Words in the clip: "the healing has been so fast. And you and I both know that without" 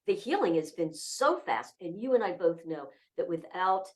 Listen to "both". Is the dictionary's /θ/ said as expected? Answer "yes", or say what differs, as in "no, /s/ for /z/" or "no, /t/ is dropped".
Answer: yes